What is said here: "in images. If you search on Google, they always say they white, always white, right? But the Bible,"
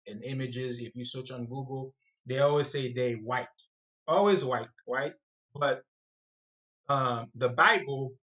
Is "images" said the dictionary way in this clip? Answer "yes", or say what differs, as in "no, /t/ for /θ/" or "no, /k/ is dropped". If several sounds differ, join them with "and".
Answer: yes